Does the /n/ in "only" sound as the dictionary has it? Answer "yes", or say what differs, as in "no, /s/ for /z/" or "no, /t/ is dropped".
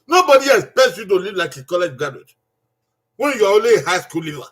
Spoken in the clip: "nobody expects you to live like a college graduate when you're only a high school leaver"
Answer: no, /n/ is dropped